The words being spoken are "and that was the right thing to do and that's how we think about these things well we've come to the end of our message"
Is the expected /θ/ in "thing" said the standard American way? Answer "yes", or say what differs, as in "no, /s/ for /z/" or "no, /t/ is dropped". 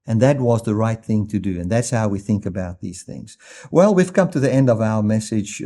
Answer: yes